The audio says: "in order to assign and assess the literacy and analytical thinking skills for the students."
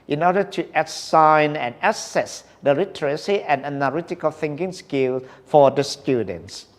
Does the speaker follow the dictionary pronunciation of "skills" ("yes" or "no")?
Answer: no